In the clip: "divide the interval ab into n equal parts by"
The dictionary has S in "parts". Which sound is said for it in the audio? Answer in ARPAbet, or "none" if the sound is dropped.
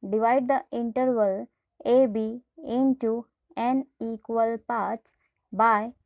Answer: none